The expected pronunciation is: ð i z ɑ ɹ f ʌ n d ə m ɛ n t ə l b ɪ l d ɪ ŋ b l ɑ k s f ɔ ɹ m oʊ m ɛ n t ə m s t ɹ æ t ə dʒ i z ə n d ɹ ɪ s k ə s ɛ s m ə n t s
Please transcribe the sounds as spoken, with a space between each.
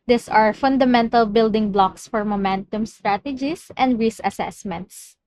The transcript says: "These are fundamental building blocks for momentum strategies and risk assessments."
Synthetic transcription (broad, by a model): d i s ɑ ɹ f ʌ n d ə m ɛ n t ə l b ɪ l d ɪ ŋ b l ɑ k s f ɔ ɹ m oʊ m ɛ n t ə m s t ɹ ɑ t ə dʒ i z ə n d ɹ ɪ s ə s ɛ s m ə n t s